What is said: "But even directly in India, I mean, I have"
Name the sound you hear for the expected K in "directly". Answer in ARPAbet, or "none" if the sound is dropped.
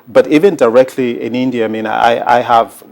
K